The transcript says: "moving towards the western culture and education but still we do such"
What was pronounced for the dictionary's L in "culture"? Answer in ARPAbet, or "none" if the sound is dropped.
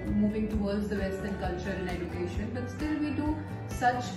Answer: L